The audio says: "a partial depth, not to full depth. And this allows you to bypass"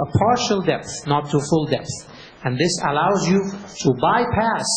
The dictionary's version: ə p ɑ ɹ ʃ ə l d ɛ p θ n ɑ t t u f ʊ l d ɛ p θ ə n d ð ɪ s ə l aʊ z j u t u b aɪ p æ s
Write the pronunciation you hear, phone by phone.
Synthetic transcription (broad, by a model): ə p ɑ ɹ ʃ ə l d ɛ p θ n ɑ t t u f ʊ l d ɛ p θ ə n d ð ɪ s ə l aʊ z j u t u b aɪ p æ s